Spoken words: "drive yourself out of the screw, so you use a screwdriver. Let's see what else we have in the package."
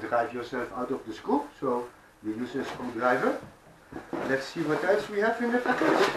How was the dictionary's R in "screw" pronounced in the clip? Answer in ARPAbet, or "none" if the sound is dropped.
none